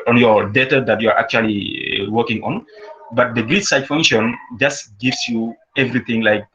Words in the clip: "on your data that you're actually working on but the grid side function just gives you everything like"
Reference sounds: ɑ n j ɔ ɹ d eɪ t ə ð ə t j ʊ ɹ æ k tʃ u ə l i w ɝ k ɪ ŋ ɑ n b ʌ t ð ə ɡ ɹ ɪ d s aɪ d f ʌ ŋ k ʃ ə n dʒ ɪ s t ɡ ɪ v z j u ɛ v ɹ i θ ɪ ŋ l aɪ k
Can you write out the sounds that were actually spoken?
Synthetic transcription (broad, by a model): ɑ n j ɔ ɹ d eɪ t ə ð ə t j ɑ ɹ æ k tʃ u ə l i w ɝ k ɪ ŋ ɑ n b ʌ t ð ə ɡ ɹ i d s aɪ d f ʌ ŋ k ʃ ə n dʒ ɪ s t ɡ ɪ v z j u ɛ v ɹ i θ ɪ ŋ l aɪ k